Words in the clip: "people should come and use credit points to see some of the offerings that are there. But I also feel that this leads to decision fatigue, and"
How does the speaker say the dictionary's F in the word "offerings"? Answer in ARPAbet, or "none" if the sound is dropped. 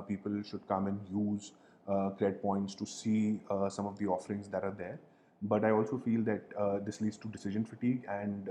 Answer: F